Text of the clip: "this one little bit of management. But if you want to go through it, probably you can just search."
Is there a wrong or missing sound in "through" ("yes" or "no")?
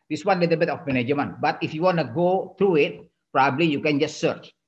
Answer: yes